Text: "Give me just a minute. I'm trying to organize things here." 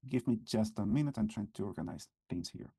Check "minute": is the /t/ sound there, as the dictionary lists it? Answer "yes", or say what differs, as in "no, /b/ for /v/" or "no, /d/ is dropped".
yes